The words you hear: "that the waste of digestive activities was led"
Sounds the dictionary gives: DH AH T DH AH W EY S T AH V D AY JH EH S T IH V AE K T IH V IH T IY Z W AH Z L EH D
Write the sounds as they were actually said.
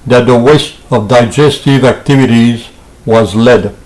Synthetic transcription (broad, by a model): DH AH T DH AH W EY S T AH V D AY JH EH S T IH V AE K T IH V IH T IY Z W AH Z L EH D